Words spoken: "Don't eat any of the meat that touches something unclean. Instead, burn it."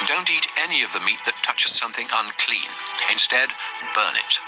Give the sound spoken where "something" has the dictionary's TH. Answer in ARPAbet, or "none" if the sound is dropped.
TH